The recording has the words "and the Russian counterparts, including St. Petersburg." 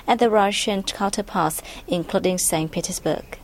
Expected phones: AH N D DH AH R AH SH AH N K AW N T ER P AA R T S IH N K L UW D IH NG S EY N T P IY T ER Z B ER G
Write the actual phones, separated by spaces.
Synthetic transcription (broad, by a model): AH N DH AH R AH SH AH N K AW L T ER P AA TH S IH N K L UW D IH NG S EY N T P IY T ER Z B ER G